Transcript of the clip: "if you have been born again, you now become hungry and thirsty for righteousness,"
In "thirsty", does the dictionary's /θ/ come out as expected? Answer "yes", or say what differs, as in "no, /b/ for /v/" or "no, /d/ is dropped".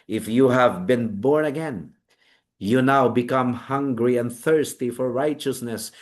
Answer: yes